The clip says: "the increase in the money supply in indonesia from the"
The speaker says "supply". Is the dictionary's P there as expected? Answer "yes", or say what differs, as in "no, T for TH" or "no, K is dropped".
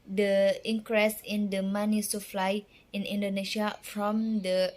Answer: no, F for P